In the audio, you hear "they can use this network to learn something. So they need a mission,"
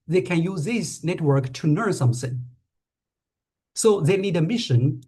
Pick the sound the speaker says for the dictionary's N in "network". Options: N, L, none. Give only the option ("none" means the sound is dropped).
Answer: N